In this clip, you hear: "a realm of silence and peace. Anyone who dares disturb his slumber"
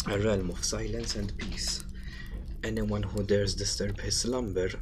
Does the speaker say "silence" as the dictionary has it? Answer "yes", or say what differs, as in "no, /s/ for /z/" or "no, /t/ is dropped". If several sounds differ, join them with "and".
yes